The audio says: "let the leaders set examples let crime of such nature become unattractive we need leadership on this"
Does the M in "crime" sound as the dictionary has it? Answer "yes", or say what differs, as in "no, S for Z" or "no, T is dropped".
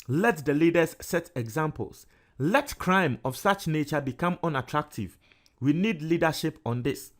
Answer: yes